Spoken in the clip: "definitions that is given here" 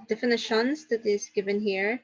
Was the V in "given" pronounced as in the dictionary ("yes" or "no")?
yes